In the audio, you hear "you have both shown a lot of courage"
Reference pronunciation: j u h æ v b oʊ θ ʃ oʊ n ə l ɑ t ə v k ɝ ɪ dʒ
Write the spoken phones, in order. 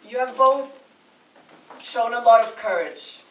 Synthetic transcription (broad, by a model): j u v b oʊ θ ʃ oʊ n ə l ɑ t ə v k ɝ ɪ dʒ